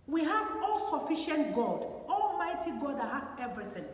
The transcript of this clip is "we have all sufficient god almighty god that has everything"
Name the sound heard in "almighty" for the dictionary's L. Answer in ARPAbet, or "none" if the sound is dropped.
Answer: L